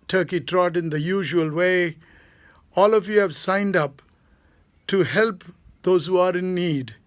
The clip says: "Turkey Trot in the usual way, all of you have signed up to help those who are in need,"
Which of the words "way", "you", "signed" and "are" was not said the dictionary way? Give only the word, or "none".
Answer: none